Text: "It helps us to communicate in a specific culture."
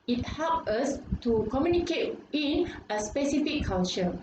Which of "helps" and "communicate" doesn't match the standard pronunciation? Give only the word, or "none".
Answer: helps